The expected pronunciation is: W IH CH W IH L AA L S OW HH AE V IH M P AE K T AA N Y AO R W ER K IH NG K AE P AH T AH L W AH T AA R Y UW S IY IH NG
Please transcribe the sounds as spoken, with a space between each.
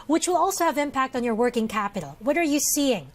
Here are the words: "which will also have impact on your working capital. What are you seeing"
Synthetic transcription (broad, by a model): W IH CH W IH L AA L S OW HH AE V IH M P AE K T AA N Y AO R W ER K IH NG K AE P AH T L W AH T AA R Y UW S IY IH NG